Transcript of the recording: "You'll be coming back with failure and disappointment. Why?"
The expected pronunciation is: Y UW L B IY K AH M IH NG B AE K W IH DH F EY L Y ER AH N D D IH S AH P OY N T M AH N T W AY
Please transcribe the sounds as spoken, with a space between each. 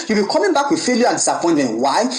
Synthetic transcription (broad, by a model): Y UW B IY K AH M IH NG B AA K W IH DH F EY L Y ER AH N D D S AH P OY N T AH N W AY